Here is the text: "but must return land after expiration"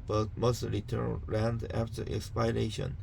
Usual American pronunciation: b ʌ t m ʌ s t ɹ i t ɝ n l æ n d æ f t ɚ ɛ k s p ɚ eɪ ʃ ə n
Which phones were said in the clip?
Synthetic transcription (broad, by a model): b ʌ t m ʌ s t ɹ i t ɝ n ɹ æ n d æ f t ɚ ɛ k s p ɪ eɪ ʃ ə n